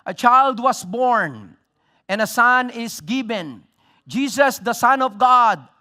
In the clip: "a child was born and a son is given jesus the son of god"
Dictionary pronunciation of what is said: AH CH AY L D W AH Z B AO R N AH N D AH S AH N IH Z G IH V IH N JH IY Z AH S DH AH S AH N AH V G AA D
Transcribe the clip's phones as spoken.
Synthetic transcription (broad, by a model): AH CH AY L D W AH S B AO R N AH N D AH S AH N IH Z G IH V IH N JH IY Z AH S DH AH S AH N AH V G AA D